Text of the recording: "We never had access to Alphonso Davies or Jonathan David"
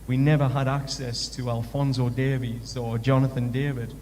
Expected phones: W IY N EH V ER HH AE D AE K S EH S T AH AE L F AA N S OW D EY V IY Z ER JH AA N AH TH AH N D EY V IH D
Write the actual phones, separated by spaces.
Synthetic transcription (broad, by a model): W IY N EH V ER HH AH D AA K S EH S T AH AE L F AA N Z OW D EY V IY Z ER JH AA N AH TH AH N D EY V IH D